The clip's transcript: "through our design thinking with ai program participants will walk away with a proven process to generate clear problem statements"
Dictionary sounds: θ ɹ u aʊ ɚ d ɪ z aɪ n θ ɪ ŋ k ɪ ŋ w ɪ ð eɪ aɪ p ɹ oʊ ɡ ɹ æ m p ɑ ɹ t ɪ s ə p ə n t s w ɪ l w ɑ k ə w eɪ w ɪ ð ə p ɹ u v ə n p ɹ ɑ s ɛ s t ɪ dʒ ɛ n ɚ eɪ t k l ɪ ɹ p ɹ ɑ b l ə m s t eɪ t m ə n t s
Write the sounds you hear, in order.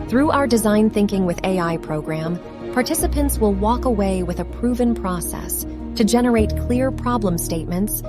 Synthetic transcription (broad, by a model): θ ɹ u aʊ ɚ d ɪ z aɪ n θ ɪ ŋ k ɪ ŋ w ɪ ð eɪ aɪ p ɹ oʊ ɡ ɹ æ m p ɑ ɹ t ɪ s ə p ə n t s w ɪ l w ɑ k ə w eɪ w ɪ ð ə p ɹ u v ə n p ɹ ɑ s ɛ s t ɪ dʒ ɛ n ɚ eɪ t k l ɪ ɹ p ɹ ɑ b l ə m s t eɪ t m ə n t s